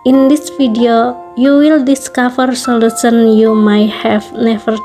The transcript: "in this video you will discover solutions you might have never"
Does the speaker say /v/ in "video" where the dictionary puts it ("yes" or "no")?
no